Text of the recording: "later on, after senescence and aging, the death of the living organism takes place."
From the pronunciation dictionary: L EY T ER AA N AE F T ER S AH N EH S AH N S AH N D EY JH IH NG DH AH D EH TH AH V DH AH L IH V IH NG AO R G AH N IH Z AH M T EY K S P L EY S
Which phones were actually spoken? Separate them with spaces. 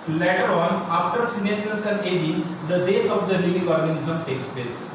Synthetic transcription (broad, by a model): L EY T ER AA N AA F T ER S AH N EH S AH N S AH N D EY JH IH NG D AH D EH T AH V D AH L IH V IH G AO R G AH N IH Z AH M T EY K S P L EY S